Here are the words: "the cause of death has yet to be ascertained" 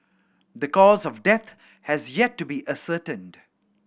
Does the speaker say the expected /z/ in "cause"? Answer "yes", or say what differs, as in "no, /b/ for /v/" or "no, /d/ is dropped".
yes